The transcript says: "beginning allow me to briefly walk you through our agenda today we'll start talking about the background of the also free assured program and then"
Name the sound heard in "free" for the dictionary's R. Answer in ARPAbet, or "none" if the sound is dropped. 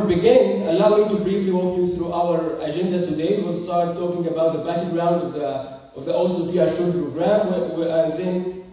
none